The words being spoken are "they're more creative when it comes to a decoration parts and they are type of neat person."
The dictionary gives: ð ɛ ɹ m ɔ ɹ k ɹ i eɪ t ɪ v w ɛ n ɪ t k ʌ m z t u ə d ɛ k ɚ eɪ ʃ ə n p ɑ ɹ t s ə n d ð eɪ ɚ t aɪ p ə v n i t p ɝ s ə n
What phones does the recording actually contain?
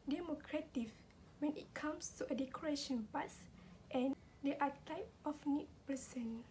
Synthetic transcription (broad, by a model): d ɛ m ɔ k ɹ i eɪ t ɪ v w ɛ n ɪ t k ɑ m s t u ə d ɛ k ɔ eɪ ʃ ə n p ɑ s t ə n d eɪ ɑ t aɪ p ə f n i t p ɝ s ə n